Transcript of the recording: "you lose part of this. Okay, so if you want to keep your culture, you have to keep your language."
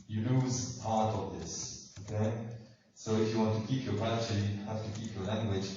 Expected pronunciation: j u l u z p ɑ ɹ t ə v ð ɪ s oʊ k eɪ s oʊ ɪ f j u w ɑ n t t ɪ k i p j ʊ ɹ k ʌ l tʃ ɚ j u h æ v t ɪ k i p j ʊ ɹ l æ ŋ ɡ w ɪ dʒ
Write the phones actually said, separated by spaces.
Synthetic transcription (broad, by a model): j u l u z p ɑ ɹ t ə v ð ɪ s oʊ k eɪ s oʊ ɪ f j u w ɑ n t t ɪ k i p j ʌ ɹ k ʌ tʃ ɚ j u h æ f t ɪ k i p j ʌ ɹ l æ ŋ ɡ w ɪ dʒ